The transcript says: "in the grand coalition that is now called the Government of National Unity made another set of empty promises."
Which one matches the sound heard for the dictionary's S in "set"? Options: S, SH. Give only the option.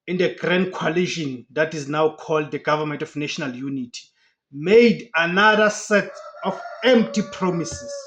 S